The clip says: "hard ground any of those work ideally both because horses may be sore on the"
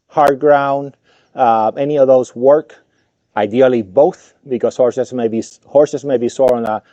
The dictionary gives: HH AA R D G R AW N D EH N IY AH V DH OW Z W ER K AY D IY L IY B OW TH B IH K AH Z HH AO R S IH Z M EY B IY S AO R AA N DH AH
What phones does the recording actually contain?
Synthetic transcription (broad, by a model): HH AA R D G R AW N D EH N IY AH V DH OW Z W ER K AY D IY L IY B OW TH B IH K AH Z HH AO R S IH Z M EY B IY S AO R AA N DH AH